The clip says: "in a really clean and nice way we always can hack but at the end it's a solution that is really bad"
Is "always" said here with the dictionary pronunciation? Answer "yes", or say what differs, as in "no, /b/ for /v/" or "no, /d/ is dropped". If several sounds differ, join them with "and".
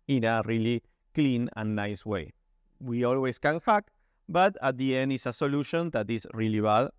no, /s/ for /z/